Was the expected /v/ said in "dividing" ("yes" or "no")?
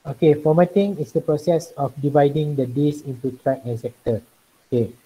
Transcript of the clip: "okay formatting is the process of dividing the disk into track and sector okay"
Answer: yes